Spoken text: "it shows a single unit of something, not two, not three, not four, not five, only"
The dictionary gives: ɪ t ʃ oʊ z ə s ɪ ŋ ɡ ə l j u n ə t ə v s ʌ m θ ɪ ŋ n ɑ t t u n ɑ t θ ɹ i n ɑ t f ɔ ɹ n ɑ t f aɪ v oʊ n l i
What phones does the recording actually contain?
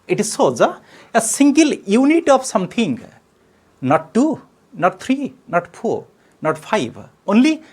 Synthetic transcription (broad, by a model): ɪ t s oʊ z ə s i ŋ ɡ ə l j u n ə t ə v s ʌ m t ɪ ŋ n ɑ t t u n ɑ t t ɹ i n ɑ t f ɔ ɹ n ɑ t p aɪ b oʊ n l i